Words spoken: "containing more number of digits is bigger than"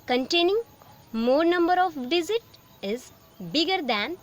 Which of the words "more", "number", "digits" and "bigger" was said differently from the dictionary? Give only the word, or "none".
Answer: digits